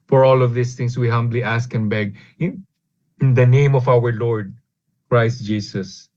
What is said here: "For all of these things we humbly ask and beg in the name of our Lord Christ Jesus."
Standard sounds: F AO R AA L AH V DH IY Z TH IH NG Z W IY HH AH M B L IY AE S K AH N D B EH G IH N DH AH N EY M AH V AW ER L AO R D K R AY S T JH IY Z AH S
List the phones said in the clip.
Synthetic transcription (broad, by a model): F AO R AA L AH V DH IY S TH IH NG S W IY HH AH M B L IY AE S K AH N B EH G IH N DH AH N EY M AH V AW ER L AO R D K R AY S T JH IY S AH S